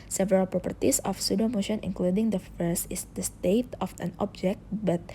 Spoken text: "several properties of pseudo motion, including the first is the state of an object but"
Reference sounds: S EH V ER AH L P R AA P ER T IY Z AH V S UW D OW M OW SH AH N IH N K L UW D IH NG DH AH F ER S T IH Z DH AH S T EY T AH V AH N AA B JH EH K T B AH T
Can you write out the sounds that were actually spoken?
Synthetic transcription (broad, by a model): S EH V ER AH L P R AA P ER T IY S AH F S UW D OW M OW SH AH N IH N K L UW D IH NG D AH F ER S IH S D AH S T EY T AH F AH N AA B JH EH K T B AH T